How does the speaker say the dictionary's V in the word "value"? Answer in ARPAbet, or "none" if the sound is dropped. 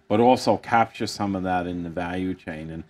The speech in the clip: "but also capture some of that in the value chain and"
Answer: V